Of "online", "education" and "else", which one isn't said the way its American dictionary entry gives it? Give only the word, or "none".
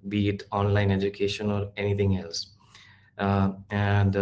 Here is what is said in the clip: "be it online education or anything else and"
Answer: none